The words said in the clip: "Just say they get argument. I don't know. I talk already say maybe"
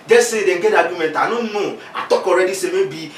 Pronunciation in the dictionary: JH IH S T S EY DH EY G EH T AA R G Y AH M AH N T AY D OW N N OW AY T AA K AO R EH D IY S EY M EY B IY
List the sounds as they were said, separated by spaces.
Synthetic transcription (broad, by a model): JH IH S S EY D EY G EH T AA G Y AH M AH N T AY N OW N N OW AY T AA K AO R EH D IY S EY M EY B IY